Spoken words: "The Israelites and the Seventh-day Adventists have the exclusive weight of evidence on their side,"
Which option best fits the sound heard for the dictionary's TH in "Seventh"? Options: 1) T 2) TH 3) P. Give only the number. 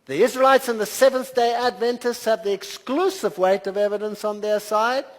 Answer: 2